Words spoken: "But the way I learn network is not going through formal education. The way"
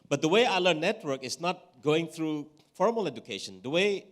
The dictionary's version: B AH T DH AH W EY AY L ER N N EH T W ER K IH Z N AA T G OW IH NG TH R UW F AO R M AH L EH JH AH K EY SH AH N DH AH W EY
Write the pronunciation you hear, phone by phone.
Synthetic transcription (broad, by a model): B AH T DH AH W EY AY L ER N N EH T W ER K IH S N AA T G OW IH NG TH R UW F AO R M AH L EH JH AH K EY SH AH N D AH W EY